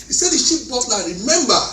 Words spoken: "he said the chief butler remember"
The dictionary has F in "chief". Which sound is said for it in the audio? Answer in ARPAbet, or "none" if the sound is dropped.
P